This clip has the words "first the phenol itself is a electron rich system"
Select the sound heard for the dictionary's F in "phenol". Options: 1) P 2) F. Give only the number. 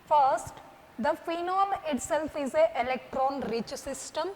2